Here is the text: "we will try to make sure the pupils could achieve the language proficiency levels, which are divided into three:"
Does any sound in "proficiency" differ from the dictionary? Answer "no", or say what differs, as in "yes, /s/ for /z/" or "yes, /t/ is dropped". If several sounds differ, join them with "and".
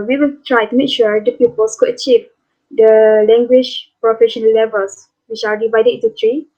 yes, /s/ is dropped